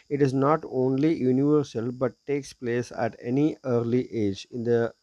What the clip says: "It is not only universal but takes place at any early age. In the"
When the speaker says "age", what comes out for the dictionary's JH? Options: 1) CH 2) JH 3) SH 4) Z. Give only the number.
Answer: 2